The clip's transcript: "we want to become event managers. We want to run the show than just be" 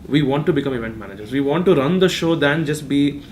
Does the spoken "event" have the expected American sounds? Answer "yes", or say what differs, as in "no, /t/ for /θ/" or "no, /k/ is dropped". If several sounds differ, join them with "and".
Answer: yes